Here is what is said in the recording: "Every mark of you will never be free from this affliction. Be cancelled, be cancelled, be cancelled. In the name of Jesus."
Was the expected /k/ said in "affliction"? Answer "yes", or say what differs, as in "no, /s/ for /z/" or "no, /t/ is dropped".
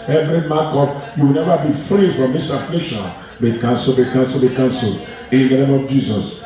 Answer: yes